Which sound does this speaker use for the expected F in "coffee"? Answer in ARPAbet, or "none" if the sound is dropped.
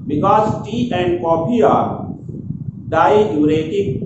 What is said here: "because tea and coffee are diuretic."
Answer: P